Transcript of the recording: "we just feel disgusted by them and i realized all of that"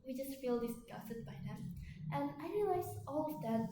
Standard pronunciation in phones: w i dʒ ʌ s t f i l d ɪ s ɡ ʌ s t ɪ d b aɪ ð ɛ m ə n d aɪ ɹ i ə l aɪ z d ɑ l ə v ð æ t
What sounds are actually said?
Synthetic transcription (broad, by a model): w i dʒ ʌ s t f i l d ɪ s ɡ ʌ s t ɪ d b aɪ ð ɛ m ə n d aɪ ɹ i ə l aɪ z ɑ l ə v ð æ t